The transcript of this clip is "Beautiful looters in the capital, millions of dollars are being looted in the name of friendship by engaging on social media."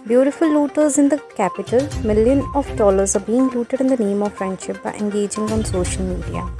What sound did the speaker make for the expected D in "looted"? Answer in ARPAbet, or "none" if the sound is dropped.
D